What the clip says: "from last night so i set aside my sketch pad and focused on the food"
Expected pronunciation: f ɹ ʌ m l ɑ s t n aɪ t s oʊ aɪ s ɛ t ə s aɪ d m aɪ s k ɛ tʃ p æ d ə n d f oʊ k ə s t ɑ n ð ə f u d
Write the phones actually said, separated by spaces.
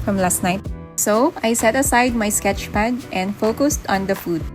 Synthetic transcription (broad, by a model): f ɹ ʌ m l ɑ s t n aɪ t s oʊ aɪ s ɛ t ə s aɪ d m aɪ s k ɛ tʃ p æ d ə n d f oʊ k ə s t ɑ n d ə f u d